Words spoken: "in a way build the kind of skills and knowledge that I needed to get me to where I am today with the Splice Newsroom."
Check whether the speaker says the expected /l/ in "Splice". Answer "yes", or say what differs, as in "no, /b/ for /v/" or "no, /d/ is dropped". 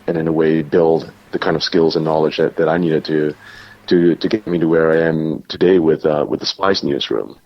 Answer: no, /l/ is dropped